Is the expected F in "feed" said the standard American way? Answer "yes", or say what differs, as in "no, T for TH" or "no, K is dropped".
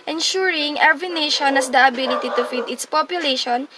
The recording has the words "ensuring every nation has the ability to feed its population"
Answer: yes